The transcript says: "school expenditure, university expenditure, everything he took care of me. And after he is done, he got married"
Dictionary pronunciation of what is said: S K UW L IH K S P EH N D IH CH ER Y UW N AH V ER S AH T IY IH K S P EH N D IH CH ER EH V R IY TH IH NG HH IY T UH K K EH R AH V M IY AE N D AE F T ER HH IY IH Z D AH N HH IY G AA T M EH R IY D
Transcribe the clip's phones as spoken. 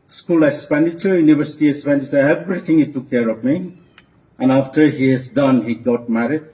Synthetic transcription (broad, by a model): S K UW L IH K S P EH N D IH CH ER Y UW N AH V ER S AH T IY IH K S P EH N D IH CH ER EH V R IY T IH NG HH IY T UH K K EH R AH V M IY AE N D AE F T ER HH IY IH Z D AH N HH IY G AA T M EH R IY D